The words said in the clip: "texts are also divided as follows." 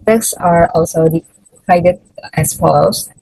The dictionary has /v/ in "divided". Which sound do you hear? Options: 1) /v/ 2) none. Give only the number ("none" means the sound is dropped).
2